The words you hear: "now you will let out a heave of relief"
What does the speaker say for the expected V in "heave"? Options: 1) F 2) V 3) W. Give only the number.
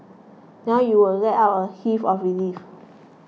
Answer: 1